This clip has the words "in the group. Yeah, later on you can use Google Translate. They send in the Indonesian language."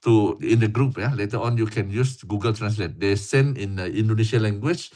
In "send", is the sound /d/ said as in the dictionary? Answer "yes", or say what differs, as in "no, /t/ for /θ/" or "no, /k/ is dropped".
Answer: no, /d/ is dropped